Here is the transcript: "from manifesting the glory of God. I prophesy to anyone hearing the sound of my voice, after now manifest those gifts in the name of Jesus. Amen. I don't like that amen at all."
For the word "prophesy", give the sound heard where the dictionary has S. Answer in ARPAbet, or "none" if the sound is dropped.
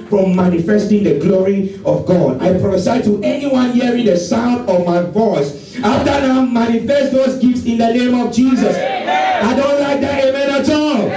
none